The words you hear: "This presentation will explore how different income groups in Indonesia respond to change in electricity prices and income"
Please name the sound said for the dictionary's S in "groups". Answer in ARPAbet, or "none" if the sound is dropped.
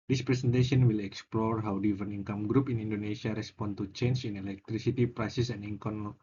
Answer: none